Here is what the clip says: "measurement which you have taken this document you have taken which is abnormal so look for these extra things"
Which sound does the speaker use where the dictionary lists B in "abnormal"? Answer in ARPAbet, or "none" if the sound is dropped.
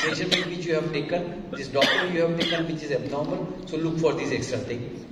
B